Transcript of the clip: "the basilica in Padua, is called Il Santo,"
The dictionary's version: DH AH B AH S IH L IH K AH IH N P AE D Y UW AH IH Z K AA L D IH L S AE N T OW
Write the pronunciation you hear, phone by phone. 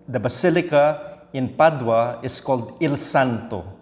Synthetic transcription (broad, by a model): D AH B AH S IH L IH K AH IH N P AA D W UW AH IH S K AA L D IH L S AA N T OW